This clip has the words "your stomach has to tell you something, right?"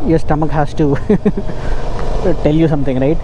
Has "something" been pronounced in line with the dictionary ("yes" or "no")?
no